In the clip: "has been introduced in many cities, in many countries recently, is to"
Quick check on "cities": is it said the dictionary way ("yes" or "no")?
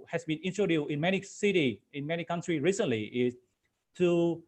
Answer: no